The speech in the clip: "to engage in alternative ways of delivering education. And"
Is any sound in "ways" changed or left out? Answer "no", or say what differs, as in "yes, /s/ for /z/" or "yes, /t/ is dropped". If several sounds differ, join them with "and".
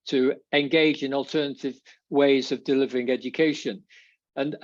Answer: no